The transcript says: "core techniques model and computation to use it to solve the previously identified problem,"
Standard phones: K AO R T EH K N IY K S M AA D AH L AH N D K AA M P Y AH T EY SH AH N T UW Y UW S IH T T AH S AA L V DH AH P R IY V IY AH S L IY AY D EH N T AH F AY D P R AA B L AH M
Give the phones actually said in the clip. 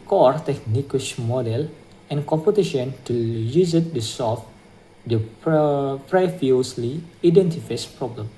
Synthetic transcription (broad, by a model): K AO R T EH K N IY K SH M AA D AH L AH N K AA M P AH T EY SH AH N T UW Y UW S IH T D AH S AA L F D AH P R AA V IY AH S L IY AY D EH N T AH F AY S P R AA B L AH M